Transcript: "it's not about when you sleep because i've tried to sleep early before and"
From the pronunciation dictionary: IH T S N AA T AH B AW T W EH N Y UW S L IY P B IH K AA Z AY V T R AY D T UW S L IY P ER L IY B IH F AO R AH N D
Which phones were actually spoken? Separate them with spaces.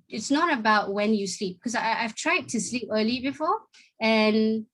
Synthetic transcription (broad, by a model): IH T S N AA T AH B AW T W EH N Y UW S L IY P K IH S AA AY V T R AY D T UW S L IY P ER L IY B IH F AO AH N